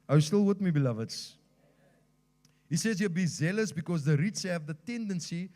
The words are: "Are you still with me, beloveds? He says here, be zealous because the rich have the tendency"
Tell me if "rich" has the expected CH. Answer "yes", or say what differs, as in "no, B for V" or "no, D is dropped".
no, S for CH